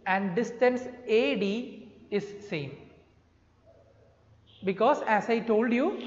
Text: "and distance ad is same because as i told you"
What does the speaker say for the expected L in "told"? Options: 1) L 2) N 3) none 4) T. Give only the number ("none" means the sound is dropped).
1